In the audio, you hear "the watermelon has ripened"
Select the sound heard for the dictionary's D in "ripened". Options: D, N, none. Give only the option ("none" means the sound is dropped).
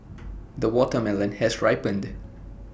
D